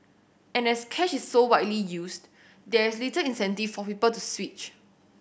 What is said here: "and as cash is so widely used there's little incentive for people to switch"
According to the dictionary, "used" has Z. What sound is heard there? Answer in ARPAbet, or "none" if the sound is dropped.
S